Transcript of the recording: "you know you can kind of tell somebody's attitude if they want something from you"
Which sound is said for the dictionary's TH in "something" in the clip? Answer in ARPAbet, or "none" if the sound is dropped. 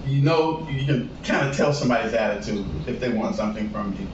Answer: TH